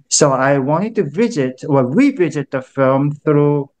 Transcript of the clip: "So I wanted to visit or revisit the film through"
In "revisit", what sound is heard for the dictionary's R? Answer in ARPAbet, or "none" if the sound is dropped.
W